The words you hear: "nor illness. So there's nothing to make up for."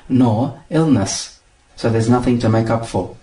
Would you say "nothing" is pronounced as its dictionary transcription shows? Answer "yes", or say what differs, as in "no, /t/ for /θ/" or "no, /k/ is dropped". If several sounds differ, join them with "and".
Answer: yes